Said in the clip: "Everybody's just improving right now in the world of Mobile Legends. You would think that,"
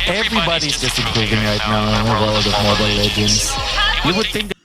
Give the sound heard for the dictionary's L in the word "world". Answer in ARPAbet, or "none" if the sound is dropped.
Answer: none